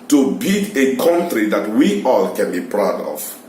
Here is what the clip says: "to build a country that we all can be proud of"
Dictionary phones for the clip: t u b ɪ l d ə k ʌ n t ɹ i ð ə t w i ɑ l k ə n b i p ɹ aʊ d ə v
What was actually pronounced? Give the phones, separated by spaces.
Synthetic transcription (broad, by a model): t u b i d ə k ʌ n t ɹ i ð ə t w i ɑ l k ə n b i p ɹ aʊ d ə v